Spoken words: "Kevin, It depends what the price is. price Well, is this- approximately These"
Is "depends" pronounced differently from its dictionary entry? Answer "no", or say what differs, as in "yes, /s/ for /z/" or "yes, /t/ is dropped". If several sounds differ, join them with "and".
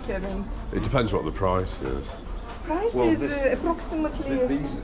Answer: no